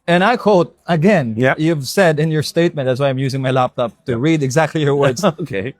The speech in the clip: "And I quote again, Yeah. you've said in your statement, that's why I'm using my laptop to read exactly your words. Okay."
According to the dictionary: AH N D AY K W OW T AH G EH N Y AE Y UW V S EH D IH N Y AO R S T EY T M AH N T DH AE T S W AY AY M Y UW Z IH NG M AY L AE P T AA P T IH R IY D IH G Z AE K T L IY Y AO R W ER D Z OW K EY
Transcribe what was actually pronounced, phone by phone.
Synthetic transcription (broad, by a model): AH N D AY K W OW T AH G EH N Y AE Y UW V S EH D IH N Y AO R S T EY T M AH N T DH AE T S W AY AY M Y UW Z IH NG M AY L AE P T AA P T IH R IY D IH G Z AE K T L IY Y AO R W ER D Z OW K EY